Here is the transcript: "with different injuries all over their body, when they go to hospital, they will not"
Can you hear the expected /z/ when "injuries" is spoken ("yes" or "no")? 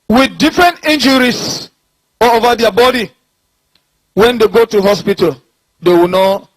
no